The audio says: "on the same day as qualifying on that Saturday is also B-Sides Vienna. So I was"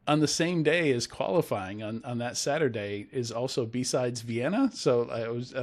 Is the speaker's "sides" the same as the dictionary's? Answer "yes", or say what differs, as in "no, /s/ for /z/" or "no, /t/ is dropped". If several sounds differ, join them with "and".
yes